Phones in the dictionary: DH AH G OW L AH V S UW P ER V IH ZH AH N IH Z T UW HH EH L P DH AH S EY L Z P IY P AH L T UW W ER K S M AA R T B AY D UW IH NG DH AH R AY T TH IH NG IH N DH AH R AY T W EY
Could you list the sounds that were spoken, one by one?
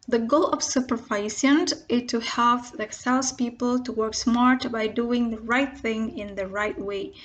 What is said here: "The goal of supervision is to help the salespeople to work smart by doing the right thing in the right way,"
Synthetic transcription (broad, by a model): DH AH G OW L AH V S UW P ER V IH S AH N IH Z T UW HH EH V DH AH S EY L S P IY P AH L T UW W ER K S M AA R T B AY D UW IH NG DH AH R AY T TH IH NG IH N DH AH R AY T W EY